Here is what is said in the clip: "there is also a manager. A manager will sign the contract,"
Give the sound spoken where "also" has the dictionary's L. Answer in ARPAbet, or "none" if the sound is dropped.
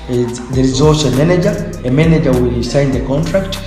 none